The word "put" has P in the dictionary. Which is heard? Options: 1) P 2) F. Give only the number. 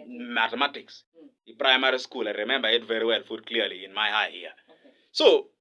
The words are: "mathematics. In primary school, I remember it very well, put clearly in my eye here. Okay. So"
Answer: 2